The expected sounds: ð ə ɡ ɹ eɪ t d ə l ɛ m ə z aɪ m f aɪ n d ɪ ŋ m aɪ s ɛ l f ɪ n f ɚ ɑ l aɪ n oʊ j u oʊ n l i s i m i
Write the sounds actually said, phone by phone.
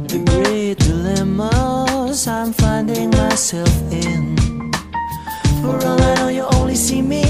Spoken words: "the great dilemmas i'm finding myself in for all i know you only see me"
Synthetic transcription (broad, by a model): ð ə ɡ ɹ eɪ t d ə l ɛ m ə z aɪ m f aɪ n d ɪ ŋ m aɪ s ɛ l f ɪ n f ɚ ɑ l aɪ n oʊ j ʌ oʊ n l i s i m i